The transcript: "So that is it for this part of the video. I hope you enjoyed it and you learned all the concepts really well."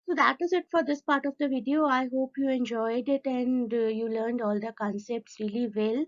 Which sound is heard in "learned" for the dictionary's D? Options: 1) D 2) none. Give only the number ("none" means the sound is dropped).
1